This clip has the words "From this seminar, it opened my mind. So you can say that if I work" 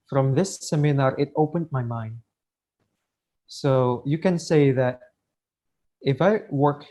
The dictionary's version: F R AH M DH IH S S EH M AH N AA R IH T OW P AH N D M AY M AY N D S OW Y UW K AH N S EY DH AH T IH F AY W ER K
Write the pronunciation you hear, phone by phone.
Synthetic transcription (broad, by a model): F R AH M DH IH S S EH M AH N AA R IH T OW P AH N D M AY M AY N D S OW Y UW K AH N S EY DH AH T IH F AY W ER K